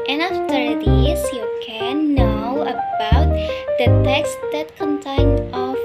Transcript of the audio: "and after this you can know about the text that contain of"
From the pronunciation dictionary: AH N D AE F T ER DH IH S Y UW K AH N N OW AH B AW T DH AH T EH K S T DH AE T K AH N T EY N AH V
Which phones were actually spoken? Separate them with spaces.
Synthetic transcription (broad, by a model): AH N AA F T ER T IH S Y UW K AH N N OW AH B AW T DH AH T EH K S T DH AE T K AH N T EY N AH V